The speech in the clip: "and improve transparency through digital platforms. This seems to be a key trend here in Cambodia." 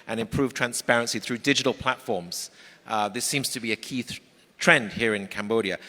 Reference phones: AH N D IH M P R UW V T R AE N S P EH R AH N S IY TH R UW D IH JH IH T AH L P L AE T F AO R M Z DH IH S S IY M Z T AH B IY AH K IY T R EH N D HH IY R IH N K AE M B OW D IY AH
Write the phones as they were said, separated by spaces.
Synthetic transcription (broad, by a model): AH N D IH M P R UW V T R AE N S P EH R AH N S IY TH R UW D IH JH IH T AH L P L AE T F AO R M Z DH IH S S IY M Z T AH B IY AH K IY T R EH N D HH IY R IH N K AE M B OW D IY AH